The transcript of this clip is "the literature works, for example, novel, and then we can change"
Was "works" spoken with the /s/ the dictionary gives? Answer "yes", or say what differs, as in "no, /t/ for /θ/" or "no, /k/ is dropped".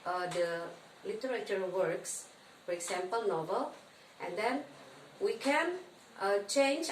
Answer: yes